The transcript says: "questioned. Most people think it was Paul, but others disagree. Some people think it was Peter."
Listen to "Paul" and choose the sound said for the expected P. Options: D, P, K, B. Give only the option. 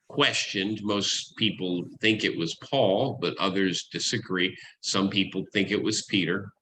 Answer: P